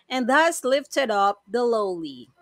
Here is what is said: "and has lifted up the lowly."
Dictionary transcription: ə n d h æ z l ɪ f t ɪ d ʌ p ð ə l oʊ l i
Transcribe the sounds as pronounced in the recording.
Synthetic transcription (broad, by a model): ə n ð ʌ s l ɪ f t ɪ d ʌ p ð ə l oʊ l i